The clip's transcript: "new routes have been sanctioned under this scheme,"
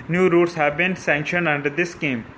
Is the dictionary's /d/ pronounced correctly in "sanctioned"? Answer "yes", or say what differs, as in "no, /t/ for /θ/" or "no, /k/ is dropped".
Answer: yes